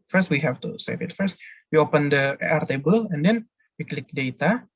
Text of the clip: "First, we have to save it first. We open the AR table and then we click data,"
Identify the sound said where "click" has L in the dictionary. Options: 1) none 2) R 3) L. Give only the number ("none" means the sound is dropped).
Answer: 3